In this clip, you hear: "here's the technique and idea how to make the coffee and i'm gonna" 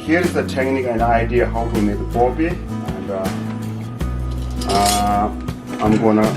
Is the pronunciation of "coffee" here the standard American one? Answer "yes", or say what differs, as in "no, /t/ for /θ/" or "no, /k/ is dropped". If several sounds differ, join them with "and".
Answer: no, /p/ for /f/